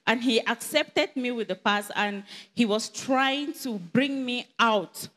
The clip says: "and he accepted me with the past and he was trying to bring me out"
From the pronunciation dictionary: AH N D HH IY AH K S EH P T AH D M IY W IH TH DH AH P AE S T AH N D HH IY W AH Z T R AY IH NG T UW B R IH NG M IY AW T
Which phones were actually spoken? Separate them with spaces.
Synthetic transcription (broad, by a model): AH N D HH IY AH K S EH P T AH D M IY W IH DH AH P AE S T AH N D HH IY W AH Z T R AY IH NG T UW B R IH NG M IY AW T